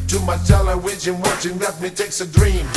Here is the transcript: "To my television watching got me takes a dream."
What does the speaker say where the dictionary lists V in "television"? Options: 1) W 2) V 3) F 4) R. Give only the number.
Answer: 1